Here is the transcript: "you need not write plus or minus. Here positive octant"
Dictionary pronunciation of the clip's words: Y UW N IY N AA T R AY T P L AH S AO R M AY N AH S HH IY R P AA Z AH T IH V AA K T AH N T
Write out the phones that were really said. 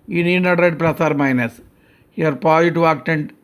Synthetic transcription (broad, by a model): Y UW N IY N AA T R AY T P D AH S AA R M AY N AH S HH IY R P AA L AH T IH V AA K T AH N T